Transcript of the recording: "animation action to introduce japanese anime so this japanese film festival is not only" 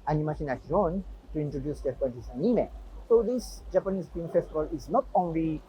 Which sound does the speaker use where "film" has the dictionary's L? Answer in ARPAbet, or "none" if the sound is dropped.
none